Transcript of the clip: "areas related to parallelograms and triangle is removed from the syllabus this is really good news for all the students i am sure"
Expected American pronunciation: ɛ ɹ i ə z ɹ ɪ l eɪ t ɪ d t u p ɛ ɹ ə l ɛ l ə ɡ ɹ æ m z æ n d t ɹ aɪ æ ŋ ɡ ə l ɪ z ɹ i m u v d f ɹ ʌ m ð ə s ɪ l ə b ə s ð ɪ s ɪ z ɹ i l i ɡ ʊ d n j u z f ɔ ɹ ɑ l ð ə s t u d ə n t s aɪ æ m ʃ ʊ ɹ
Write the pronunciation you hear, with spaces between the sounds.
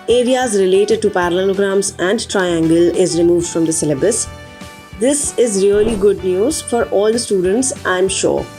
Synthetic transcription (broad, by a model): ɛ ɹ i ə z ɹ ɪ l eɪ t ɪ d t u p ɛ ɹ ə l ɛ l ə ɡ ɹ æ m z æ n d t ɹ aɪ æ ŋ ɡ ə l ɪ z ɹ i m u v d f ɹ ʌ m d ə s ɪ l ə b ə s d ɪ s ɪ z ɹ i l i ɡ ʊ d n j u z f ɔ ɹ ɑ l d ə s t u d ə n t s aɪ m ʃ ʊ ɹ